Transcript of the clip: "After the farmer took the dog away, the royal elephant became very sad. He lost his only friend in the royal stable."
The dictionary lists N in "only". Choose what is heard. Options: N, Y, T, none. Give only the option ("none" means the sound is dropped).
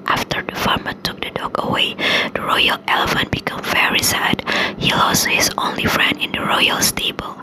N